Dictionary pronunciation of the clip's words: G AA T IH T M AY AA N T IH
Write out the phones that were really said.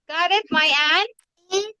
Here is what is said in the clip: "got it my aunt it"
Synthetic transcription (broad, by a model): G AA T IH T M AY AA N IH